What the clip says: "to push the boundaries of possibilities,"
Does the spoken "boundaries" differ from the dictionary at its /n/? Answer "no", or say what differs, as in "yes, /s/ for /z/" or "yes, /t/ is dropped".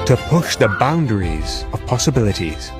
no